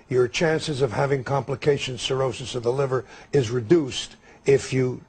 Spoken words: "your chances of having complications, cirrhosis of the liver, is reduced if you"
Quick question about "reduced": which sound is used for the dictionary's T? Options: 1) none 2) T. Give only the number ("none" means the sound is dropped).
2